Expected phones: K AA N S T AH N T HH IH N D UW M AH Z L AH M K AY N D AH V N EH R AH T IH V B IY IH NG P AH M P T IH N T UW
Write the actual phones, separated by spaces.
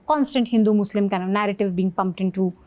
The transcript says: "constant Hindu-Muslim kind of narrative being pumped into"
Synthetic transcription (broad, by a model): K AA N S T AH N T HH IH N D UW M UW S L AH M K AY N AH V N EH R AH T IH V B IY NG P AH M P T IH N T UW